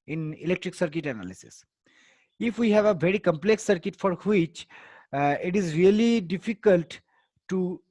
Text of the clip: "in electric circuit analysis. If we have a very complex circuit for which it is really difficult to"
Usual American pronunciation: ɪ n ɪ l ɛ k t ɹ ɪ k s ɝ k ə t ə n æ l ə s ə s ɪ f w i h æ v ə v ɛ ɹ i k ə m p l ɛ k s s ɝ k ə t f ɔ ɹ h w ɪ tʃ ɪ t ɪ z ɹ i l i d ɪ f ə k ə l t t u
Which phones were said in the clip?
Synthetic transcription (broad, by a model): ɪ n ɪ l ɛ k t ɹ ɪ k s ɝ k ə t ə n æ l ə s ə s ɪ f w i h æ v ə v ɛ ɹ i k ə m p l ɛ k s s ɝ k ə t f ɔ ɹ h w ɪ tʃ ɪ t ɪ z ɹ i l i d ɪ f ə k ə l t t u